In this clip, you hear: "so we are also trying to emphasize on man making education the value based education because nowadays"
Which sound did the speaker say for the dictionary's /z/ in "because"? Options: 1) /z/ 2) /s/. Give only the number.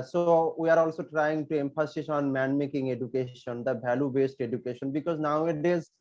1